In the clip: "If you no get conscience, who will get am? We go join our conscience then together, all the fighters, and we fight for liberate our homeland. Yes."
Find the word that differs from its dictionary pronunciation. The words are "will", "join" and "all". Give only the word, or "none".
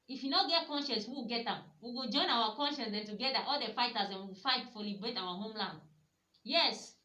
will